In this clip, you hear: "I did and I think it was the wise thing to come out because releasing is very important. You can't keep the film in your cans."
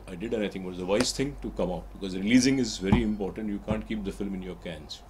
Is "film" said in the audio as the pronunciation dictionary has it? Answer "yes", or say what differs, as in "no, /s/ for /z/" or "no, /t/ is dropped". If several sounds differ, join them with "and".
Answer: yes